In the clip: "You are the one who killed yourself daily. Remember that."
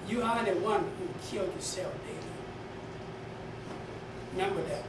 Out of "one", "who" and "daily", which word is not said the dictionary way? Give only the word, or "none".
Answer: daily